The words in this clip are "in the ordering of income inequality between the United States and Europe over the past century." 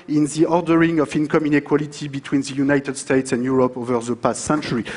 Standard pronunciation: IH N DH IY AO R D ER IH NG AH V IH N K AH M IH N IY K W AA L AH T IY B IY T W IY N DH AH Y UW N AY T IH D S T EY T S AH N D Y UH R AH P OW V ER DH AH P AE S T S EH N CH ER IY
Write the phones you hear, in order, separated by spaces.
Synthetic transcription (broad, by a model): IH N DH IY AO R D ER IH NG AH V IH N K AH M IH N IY K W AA L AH T IY B IY T W IY N DH AH Y UW N AY T IH D S T EY T S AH N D Y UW R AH P OW V ER DH AH P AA S T S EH N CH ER IY